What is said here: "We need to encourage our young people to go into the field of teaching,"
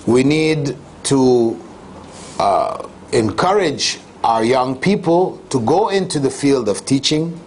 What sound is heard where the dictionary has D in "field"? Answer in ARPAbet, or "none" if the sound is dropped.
D